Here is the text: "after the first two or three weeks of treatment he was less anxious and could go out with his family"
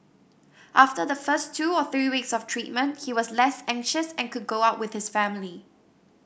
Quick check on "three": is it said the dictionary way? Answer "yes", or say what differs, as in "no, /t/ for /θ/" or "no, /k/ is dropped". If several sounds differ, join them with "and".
yes